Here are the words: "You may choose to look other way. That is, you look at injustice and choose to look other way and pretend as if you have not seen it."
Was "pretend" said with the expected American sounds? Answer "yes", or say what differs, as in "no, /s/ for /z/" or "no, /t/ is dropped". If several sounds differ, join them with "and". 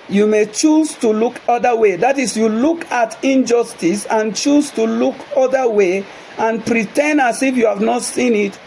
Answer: no, /d/ is dropped